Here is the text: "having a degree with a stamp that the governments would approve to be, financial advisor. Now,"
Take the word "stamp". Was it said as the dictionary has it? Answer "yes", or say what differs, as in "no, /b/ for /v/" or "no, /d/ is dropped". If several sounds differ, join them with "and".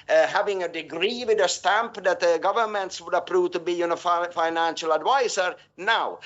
yes